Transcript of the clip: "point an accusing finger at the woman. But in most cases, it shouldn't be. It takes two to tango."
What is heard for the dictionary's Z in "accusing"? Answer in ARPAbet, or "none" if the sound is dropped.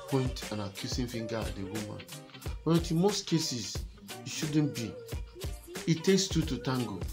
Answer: S